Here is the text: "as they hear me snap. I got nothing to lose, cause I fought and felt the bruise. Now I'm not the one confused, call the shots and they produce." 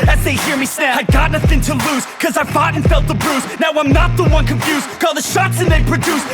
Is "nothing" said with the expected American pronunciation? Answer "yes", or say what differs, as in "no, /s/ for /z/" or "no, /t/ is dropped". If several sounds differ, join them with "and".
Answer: yes